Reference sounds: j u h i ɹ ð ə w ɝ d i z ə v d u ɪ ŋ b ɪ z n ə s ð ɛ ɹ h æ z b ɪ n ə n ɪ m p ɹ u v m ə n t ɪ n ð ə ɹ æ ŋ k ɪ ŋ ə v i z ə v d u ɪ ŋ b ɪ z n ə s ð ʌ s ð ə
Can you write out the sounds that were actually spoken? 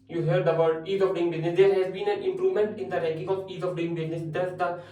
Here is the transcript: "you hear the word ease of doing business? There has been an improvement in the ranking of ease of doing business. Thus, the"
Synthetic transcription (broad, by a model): j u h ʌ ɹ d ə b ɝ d i z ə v d u ɪ ŋ b ɪ z n ə s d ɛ ɹ h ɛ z b ɪ n ə n ɪ m p ɹ u v m ə n t ɪ n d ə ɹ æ k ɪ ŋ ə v i z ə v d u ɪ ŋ b ɪ z n ə s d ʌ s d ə